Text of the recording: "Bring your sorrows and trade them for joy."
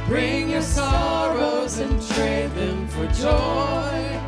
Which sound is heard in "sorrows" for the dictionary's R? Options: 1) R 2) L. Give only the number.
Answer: 1